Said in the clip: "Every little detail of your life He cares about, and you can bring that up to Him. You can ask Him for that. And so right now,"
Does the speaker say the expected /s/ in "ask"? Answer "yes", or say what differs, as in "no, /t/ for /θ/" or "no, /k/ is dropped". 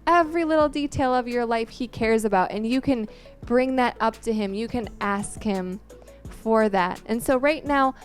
yes